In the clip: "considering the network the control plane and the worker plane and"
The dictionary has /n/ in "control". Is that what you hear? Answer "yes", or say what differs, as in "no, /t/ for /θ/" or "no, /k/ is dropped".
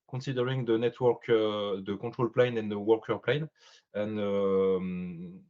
no, /n/ is dropped